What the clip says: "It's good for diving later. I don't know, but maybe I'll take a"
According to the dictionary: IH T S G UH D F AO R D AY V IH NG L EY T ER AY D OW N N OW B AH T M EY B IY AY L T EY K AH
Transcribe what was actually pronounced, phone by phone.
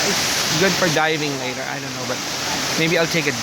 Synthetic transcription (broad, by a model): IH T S G UH D F AO R D AY V IH NG L EY T ER AY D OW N N OW B AH T M EY B IY AY L T EY K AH